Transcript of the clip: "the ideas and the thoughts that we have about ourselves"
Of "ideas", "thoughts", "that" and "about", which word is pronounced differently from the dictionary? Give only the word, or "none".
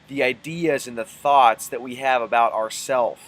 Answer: none